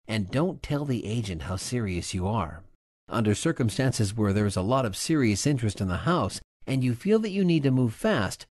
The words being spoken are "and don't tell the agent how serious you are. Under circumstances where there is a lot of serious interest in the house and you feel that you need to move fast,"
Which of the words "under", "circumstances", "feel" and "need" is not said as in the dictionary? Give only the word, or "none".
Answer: none